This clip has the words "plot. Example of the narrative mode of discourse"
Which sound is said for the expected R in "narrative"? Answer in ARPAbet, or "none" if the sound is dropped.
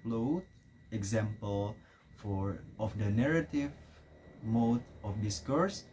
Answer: R